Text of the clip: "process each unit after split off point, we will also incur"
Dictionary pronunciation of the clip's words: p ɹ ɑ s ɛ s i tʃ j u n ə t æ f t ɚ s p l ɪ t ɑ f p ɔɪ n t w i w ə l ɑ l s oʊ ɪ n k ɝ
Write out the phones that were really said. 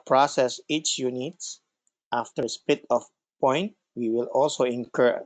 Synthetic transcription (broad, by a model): p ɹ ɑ s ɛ s i tʃ j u n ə t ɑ f t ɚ s p ɪ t ɑ f p ɔɪ n t w i w ə l ɑ l s oʊ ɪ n k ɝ